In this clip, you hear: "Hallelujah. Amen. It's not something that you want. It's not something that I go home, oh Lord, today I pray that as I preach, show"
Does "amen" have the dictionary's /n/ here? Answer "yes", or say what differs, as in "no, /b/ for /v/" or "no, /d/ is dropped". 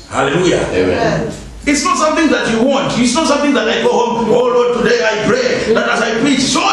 no, /n/ is dropped